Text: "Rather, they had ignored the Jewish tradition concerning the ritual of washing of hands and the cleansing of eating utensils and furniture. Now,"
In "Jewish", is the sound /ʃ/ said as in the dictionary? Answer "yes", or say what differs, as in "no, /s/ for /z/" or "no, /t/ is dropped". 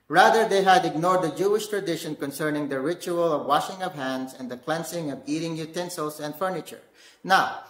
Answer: yes